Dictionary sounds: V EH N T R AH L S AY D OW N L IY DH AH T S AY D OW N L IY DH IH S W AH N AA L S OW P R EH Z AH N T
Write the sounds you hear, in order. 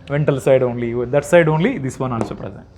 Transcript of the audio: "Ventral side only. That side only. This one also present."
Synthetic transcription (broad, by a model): V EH N T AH L S AY D OW N L IY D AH T S AY D OW N L IY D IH S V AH N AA N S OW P R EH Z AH N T